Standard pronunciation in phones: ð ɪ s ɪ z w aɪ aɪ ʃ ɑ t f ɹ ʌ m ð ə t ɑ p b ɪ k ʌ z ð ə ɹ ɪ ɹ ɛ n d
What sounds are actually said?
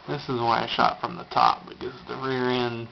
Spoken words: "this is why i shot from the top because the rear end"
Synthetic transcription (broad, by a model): ð ɪ s ɪ z w aɪ aɪ ʃ ɑ t f ɹ ʌ m ð ə t ɑ p b ɪ k ʌ z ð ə ɹ ɪ ɹ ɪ n